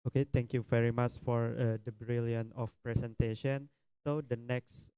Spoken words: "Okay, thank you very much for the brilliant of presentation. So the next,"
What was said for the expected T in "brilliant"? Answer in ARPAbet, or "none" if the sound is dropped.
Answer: none